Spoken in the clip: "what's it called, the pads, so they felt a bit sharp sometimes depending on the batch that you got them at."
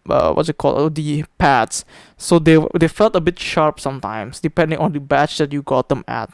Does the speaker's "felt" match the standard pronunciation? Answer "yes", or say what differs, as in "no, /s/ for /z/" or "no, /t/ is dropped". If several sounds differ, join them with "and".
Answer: yes